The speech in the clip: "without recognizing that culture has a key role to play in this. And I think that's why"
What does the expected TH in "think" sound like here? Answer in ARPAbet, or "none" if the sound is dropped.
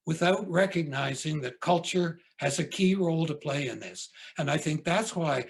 TH